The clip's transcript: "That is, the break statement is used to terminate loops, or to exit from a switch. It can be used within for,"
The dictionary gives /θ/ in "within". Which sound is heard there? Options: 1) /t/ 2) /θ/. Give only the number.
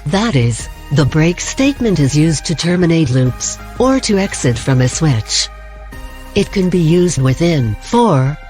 2